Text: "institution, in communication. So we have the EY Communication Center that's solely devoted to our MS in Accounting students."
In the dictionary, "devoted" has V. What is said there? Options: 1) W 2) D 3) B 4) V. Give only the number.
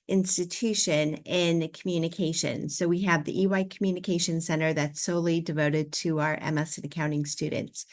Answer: 4